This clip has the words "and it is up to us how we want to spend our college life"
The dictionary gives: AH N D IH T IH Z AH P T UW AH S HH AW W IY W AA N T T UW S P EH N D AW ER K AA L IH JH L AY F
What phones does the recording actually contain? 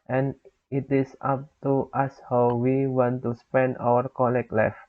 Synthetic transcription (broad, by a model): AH N IH T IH S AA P T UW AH S HH AW W IY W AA N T T UW S P EH N D AW ER K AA L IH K L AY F